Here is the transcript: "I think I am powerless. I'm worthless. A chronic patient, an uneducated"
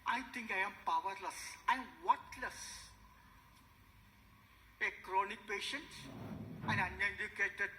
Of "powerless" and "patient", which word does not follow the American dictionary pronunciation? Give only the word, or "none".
none